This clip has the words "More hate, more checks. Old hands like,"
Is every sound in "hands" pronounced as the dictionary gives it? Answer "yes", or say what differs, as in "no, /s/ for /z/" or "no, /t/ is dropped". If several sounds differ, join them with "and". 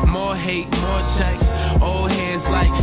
no, /n/ is dropped